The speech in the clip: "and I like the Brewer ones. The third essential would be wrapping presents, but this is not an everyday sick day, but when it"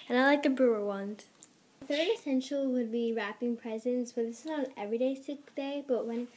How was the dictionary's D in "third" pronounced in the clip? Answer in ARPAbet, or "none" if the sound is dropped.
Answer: none